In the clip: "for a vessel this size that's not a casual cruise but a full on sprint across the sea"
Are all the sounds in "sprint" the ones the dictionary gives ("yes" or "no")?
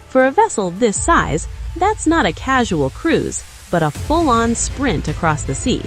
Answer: yes